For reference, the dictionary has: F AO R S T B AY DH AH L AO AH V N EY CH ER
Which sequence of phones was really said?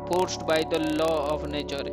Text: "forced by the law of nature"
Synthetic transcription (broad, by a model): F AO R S T B AY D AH L AO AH P N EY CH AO